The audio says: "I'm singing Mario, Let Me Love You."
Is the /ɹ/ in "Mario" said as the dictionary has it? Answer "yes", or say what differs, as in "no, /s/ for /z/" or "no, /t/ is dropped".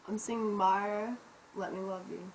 no, /ɹ/ is dropped